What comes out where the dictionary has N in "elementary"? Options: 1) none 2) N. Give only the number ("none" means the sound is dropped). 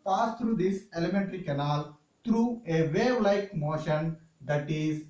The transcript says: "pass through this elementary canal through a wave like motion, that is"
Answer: 2